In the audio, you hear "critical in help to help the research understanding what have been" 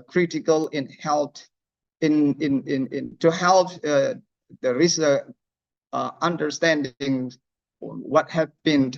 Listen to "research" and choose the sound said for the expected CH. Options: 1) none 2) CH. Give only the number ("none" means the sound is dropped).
1